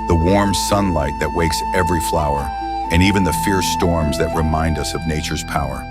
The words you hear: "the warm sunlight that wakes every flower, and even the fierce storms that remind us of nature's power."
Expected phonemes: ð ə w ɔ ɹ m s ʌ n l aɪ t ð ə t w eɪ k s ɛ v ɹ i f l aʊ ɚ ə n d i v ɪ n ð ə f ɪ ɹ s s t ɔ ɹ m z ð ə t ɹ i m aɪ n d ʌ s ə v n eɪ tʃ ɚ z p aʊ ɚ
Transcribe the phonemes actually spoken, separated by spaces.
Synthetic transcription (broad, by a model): ð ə w ɔ ɹ m s ʌ n l aɪ t ð ə t w eɪ k s ɛ v ɹ i f l aʊ ɚ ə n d i v ɪ n ð ə f ɪ ɹ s s t ɔ ɹ m z ð ə t ɹ i m aɪ n d ʌ s ə v n eɪ tʃ ɚ z p aʊ ɚ